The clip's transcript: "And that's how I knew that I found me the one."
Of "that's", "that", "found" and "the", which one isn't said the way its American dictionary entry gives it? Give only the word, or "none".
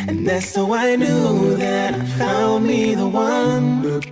found